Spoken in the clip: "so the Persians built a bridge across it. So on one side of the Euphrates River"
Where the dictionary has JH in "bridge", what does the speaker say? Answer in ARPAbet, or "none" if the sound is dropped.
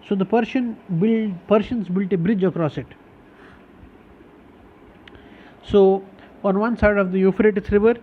JH